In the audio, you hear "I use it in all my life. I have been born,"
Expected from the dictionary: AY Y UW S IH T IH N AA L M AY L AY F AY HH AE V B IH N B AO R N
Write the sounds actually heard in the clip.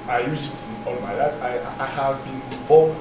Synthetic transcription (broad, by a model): AY Y UW S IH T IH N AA N M AY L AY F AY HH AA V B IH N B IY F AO